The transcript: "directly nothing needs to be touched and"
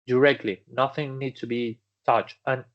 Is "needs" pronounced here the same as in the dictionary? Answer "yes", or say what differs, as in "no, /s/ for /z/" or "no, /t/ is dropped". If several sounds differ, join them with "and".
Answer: no, /s/ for /z/